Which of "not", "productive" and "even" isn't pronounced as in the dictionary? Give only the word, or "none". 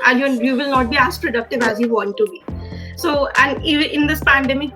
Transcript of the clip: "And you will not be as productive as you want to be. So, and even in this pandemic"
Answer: even